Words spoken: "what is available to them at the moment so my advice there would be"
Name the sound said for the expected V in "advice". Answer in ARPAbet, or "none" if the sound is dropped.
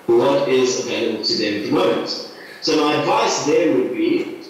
V